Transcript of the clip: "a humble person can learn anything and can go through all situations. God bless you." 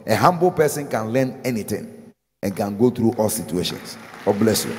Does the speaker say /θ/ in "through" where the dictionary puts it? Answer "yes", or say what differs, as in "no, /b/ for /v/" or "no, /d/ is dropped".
no, /t/ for /θ/